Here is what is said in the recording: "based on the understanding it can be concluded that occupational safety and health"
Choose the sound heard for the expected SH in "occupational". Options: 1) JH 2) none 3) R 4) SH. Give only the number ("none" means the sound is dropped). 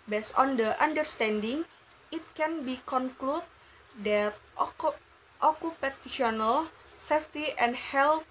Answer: 2